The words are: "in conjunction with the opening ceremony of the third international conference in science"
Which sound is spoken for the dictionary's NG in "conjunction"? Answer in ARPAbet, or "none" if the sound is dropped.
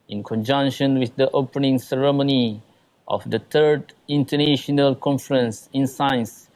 NG